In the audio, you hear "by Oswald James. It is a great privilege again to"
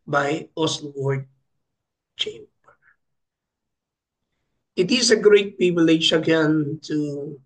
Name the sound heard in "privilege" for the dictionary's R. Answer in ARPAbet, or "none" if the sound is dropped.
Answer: none